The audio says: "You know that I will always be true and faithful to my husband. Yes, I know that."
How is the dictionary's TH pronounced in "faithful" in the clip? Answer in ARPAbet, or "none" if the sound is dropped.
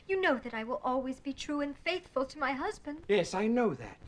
TH